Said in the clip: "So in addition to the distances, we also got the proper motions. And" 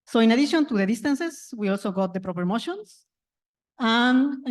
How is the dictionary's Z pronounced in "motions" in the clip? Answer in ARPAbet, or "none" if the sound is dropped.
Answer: S